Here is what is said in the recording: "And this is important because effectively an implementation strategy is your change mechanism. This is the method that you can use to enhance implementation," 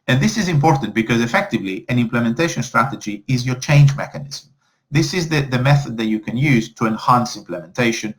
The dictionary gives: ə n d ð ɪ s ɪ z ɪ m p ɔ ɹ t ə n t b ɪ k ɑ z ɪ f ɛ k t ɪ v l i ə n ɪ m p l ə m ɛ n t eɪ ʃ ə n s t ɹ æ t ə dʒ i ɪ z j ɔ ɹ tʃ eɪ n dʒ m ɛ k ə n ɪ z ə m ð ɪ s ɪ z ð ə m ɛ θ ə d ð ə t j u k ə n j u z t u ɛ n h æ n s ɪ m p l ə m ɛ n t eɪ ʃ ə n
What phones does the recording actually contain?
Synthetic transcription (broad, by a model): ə n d ð ɪ s ɪ z ɪ m p ɔ ɹ t ə n t b ɪ k ɑ z ɪ f ɛ k t ɪ v l i ə n ɪ m p l ə m ɛ n t eɪ ʃ ə n s t ɹ æ t ə dʒ i ɪ z j ɔ ɹ tʃ eɪ n dʒ m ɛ k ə n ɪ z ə m ð ɪ s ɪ z ð ə m ɛ θ ə d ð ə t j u k ə n j u z t u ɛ n h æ n s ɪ m p l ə m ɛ n t eɪ ʃ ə n